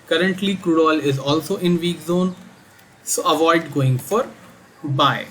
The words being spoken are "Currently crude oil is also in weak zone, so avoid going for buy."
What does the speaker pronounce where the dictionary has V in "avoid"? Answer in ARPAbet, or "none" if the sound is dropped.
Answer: V